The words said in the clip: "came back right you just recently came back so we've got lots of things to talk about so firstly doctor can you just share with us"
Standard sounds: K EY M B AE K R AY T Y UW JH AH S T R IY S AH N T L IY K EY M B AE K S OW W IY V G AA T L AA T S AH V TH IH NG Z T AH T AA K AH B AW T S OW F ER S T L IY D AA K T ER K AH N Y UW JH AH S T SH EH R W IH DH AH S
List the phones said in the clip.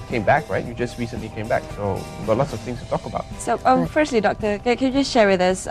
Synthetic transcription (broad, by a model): K EY M B AE K R AY T Y UW JH AH S T R IY S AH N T L IY K EY M B AE K S OW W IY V G AA T L AA T S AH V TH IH NG S T AH T AA K AH B AW T S OW F ER S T L IY D AA K T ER K AH N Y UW JH AH S T SH EH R W IH DH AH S